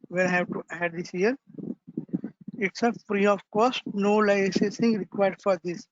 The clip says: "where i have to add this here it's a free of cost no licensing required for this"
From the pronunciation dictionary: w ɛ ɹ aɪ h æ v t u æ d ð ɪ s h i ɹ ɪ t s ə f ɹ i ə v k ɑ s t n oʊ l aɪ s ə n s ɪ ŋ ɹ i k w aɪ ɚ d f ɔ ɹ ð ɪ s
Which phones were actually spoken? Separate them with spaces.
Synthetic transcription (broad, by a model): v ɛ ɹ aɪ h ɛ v t u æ d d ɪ s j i ɹ ɪ t s ə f ɹ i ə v k ɑ s t n oʊ l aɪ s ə s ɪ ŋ ɹ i k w aɪ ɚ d f ɔ ɹ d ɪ s